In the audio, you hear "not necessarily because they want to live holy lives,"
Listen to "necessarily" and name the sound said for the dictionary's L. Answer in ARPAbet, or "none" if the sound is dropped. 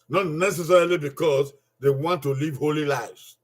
L